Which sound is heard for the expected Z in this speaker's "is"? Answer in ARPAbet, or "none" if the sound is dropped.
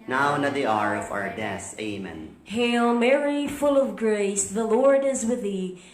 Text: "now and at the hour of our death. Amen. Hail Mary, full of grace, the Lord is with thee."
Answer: Z